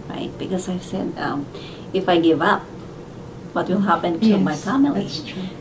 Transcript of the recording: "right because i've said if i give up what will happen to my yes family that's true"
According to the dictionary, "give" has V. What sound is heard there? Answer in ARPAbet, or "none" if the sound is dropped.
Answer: V